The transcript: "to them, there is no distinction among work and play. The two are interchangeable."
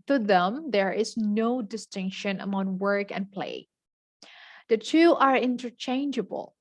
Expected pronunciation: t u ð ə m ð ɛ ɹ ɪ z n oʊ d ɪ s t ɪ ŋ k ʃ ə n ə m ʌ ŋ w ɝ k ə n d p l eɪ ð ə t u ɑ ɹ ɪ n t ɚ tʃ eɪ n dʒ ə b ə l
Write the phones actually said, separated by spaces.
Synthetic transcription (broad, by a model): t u ð ə m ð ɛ ɹ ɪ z n oʊ d ɪ s t ɪ ŋ k ʃ ə n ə m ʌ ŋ w ɝ k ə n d p l eɪ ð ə t u ɑ ɹ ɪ n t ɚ tʃ eɪ n dʒ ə b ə l